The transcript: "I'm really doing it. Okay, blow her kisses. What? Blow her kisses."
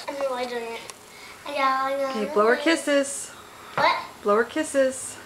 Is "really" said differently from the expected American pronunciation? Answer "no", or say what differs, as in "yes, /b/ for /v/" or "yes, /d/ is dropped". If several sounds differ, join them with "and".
yes, /w/ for /ɹ/ and /l/ is dropped